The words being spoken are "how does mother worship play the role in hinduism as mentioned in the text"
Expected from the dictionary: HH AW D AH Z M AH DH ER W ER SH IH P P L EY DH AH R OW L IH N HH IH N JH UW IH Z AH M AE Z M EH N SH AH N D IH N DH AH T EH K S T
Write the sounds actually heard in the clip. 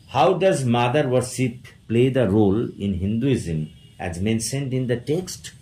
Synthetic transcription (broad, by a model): HH AW D AH Z M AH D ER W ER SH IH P P L EY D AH R OW L IH N HH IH N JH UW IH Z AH M AE Z M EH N S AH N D IH N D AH T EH K S T